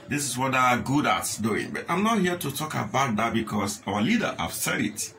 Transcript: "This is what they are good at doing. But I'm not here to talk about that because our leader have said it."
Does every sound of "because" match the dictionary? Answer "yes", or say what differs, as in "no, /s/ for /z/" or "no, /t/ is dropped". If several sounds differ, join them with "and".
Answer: no, /s/ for /z/